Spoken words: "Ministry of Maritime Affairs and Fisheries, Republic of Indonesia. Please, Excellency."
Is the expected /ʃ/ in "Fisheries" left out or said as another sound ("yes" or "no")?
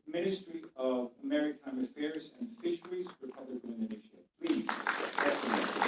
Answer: no